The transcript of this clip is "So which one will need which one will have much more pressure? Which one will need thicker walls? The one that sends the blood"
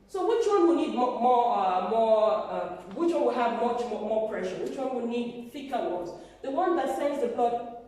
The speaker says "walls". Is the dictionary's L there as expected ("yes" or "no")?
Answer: no